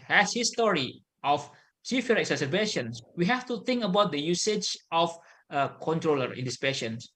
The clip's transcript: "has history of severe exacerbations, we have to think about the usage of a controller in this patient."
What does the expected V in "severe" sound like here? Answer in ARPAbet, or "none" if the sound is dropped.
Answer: F